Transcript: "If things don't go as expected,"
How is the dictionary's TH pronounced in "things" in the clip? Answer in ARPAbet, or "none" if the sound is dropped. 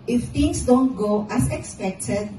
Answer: T